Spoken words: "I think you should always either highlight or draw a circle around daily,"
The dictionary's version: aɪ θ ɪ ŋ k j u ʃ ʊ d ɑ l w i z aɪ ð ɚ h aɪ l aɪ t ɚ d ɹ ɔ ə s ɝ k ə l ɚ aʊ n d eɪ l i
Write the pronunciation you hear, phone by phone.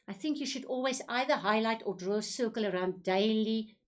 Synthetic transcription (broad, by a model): aɪ θ ɪ ŋ k j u ʃ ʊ d ɑ l w i z aɪ ð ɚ h aɪ l aɪ t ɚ d ɹ ɔ s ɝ k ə l ɚ aʊ n d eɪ l i